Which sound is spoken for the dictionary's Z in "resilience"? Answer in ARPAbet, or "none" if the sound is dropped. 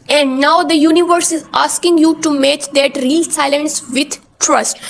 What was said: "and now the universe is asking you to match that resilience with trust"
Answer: S